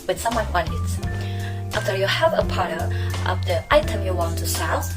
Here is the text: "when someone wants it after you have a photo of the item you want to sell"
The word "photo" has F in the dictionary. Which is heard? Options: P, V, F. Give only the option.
P